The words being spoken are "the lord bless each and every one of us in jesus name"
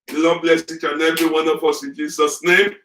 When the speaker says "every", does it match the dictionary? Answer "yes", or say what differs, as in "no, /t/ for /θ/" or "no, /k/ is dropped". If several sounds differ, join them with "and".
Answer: no, /ɹ/ is dropped